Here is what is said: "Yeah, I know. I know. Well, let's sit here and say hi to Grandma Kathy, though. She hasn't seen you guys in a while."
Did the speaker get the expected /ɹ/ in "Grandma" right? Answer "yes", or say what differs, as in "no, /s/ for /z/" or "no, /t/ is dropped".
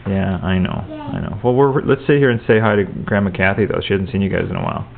yes